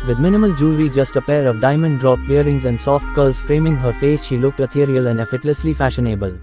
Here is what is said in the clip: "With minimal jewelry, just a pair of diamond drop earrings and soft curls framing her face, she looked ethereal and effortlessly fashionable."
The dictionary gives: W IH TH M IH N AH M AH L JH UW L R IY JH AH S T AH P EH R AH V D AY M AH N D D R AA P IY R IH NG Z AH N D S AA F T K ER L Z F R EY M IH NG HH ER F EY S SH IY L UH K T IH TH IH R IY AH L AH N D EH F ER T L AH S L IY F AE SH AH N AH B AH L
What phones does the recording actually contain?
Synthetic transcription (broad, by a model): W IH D M IH N AH M AH L JH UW R IY JH AH S T AH P EH R AH V D AY M AH N D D R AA B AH R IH NG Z AH N D S AA F T K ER L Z F R EY M IH NG HH ER F EY S SH IY L UH K T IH T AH R IY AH L AH N D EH F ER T L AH S L IY F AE SH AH N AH B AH L